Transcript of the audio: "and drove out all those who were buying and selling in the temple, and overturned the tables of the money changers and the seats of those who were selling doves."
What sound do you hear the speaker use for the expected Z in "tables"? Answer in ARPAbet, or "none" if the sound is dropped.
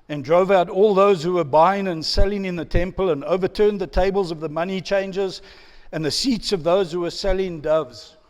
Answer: Z